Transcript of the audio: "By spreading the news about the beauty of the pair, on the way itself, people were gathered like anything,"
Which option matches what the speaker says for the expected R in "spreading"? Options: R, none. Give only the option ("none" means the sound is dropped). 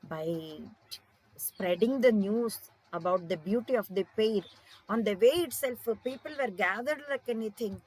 R